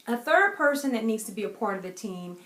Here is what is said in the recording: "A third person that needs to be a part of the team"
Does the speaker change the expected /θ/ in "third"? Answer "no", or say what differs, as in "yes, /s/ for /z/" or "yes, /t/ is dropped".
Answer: no